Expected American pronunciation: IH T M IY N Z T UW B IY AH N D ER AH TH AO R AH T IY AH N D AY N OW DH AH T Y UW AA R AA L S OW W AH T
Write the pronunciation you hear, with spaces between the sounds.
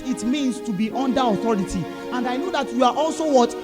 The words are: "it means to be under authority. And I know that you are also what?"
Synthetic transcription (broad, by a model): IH T M IY N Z T UW B IY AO N D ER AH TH AO R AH T IY AH N D AY N OW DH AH T Y UW AA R AA L S OW W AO T